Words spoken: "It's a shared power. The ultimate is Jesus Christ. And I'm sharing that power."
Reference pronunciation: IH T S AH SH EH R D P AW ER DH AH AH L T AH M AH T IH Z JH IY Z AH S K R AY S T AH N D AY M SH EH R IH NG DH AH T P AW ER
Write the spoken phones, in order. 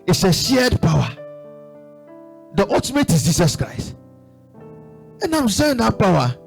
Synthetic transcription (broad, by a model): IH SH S AH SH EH D P AW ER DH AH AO T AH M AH T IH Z JH IY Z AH S K R AY S T AH N D AY M S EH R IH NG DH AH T P AW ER